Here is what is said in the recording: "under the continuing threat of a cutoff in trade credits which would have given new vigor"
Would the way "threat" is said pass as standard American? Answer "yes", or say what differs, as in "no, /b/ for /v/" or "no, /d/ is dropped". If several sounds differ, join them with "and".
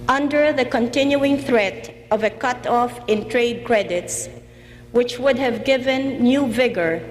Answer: yes